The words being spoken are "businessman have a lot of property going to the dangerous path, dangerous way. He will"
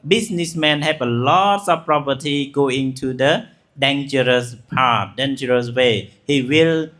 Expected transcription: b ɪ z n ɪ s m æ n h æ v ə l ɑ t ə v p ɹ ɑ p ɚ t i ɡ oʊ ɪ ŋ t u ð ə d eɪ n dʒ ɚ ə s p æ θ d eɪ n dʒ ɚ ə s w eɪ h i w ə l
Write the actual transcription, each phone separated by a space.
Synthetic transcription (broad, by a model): b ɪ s n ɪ s m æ n h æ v ə l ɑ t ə b p ɹ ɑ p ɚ t i ɡ oʊ ɪ ŋ t u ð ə d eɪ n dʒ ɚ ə s p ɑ t d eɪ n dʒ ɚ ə s w eɪ h i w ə l